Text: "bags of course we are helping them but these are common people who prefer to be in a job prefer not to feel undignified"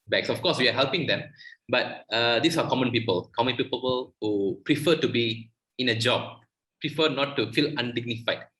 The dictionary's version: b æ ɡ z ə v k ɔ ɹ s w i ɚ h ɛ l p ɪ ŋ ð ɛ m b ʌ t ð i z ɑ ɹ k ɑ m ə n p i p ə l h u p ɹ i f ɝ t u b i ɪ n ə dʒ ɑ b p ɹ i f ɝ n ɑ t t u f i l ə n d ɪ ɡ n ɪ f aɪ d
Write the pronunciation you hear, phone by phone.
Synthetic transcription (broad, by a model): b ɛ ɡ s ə f k ɔ s w i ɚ h ɛ l p ɪ ŋ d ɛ m b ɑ t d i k ɑ l k ɑ m ə n p i p ə l h u p ɹ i f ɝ t u b i ɪ n ə dʒ ɑ b p ɹ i f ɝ n ɑ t t u f i l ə n d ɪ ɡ n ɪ f aɪ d